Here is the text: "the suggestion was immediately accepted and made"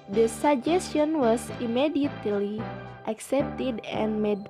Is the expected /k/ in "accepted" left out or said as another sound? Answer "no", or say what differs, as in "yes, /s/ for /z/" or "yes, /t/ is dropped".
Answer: no